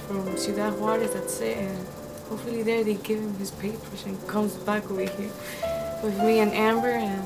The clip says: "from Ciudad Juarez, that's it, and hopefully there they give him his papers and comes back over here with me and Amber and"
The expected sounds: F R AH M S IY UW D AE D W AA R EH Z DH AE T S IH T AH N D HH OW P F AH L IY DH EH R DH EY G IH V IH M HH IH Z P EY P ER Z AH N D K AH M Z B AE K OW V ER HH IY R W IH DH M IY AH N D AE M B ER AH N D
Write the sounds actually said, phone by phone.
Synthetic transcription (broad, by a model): F R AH M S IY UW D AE W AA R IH DH AE T S IH T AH N HH OW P F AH L IY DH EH R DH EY G IH V IH M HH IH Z P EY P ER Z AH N K AH M Z B AE K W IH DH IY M W IH DH M IY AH N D AE M B ER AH N